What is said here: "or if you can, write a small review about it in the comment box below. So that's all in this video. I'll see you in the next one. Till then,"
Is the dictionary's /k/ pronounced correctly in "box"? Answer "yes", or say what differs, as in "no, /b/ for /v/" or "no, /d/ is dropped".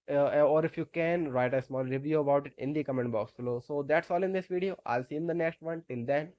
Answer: yes